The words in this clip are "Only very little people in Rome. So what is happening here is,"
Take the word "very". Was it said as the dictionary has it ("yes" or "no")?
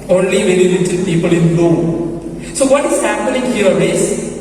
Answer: no